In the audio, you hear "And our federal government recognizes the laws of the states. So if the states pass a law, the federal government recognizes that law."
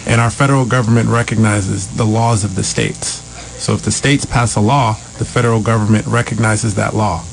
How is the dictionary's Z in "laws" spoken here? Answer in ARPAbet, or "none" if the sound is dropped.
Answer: Z